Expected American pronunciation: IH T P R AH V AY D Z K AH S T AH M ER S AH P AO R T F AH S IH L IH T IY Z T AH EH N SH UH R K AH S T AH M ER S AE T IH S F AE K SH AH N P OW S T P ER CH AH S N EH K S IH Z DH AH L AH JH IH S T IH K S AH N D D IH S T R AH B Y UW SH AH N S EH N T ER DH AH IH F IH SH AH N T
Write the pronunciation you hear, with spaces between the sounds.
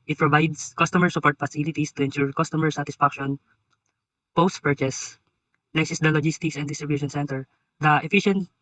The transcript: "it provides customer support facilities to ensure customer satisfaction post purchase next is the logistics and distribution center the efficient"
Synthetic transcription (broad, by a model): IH T P R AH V AY D S K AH S T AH M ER S AH P AO R T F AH S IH L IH T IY S T AH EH N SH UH R K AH S T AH M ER S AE T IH S F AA K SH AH N P OW S T P ER CH AH S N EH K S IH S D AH L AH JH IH S T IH K S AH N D D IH S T R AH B Y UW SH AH N S EH N T ER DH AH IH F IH SH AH N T